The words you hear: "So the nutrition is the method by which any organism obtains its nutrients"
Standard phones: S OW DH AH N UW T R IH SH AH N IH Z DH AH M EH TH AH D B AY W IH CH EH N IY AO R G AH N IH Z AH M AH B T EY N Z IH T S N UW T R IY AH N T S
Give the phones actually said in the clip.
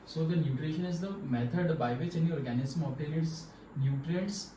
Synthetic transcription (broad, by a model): S OW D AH N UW T R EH SH AH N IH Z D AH M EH T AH D B AY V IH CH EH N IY AO R G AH N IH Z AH M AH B T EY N IH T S N UW T R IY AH N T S